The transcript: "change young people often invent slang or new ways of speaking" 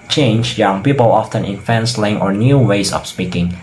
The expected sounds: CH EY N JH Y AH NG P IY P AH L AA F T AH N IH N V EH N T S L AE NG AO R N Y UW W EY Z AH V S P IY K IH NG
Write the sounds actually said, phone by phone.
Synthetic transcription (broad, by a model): CH EY N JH Y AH NG P IY P AH L AA F T AH N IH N F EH N S L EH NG AO R N Y UW W EY S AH F S P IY K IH NG